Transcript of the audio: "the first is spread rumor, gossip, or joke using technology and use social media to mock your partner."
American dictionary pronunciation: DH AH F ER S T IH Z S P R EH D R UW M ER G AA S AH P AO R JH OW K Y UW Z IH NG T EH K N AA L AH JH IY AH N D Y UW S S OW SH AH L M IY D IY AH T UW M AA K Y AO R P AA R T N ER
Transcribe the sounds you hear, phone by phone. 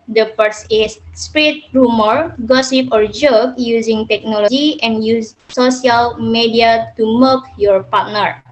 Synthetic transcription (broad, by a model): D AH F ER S IH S S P R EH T R UW M ER G AA S AH P AO R JH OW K Y UW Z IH NG T EH K N AA L AH JH IY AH N Y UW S S OW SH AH L M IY D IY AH T UW M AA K Y AO R P AA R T N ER